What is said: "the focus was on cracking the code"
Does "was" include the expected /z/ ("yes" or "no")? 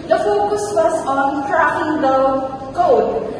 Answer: no